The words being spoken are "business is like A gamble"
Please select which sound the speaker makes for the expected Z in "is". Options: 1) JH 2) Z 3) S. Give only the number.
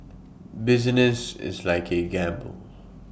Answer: 2